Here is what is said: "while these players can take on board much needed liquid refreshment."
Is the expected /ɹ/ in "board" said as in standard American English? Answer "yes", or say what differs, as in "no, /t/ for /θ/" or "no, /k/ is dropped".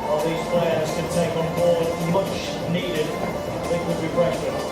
no, /w/ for /ɹ/